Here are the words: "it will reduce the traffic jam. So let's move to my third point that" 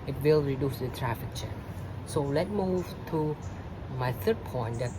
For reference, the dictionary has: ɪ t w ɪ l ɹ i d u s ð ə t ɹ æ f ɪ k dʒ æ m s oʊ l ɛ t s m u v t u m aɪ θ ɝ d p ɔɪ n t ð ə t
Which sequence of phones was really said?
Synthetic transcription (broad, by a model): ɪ t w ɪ l ɹ i d u s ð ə t ɹ æ f ɪ k tʃ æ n s oʊ l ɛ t m u v t u m aɪ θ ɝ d p ɔɪ n t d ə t